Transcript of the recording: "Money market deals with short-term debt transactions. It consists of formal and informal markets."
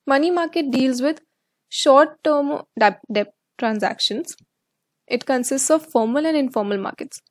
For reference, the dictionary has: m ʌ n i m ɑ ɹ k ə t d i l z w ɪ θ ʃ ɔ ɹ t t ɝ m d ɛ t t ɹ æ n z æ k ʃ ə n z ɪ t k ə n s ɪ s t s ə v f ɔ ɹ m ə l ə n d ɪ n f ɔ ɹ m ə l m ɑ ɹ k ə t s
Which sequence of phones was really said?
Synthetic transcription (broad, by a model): m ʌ n i m ɑ ɹ k ə t d i l z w ɪ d ʃ ɔ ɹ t t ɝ m d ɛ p t ɹ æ n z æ k ʃ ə n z ɪ t k ə n s ɪ s t s ə v f ɔ ɹ m ə l ə n d ɪ n f ɔ ɹ m ə l m ɑ ɹ k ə t s